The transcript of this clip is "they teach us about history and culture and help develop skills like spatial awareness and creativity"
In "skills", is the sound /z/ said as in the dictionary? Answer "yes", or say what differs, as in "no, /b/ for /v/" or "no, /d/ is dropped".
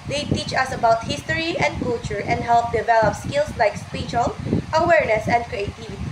no, /s/ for /z/